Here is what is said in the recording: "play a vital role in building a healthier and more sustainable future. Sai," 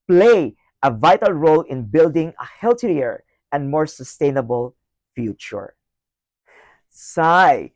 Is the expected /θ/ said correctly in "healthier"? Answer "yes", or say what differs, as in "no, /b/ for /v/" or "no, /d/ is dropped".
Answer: no, /t/ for /θ/